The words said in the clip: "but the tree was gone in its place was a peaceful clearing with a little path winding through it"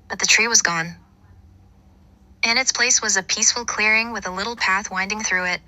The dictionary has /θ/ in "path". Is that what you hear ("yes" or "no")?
yes